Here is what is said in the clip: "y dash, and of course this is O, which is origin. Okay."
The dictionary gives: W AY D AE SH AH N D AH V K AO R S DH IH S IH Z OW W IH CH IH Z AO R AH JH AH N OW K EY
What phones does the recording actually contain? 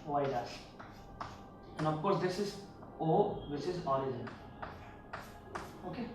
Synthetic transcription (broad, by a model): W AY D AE S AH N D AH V K AO R S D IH S IH Z OW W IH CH IH Z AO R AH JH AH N OW K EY